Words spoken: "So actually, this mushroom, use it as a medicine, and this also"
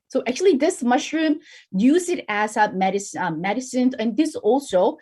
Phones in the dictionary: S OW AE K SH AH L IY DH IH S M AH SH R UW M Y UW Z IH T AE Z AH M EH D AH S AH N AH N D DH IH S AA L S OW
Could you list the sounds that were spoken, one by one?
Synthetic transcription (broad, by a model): S OW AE K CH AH L IY DH IH S M AH SH R UW M Y UW Z IH T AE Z AH M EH D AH S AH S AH N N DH IH S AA L S OW